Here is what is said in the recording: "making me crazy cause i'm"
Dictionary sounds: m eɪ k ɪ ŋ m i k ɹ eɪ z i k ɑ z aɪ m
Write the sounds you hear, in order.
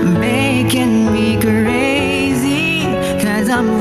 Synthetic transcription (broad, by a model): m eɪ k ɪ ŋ m i k ɹ eɪ z i k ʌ z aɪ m